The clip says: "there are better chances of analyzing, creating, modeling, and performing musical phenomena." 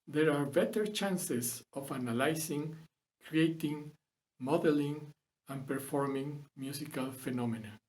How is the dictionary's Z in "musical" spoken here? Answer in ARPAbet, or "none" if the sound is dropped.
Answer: S